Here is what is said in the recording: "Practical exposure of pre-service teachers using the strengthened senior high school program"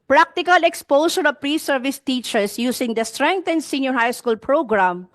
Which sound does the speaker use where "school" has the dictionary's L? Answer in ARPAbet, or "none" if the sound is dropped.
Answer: L